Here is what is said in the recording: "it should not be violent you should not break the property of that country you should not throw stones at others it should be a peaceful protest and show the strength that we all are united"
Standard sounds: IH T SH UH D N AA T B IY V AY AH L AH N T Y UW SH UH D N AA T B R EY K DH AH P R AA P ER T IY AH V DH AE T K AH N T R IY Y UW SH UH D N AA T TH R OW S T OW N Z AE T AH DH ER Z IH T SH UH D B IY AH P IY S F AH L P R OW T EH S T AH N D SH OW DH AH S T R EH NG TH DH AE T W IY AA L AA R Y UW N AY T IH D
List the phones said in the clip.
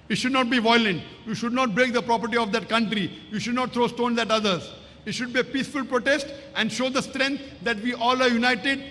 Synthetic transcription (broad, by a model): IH T SH UH D N AA T B IY V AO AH L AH N T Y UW SH UH D N AA T B R EY K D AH P R AA P ER T IY AH V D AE T K AH N T R IY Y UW SH UH D N AA T T R OW S T OW N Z AE T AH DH ER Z IH T SH UH D B IY AH P IY S F AH L P R OW T EH S T AH N D SH OW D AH S T R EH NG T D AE T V IY AA L AA R Y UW N AY T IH D